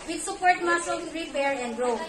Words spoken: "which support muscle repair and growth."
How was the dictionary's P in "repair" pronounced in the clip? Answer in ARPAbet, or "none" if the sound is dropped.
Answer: B